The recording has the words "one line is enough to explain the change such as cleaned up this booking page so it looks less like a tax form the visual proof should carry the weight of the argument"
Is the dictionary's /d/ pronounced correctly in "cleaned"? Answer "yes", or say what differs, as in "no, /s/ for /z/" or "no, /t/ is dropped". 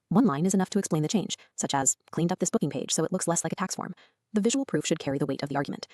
yes